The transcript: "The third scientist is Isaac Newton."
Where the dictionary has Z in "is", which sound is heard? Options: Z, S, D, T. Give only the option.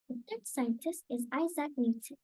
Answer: Z